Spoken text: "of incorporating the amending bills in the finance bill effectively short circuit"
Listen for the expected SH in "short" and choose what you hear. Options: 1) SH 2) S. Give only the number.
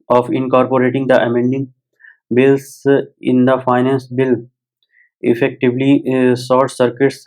2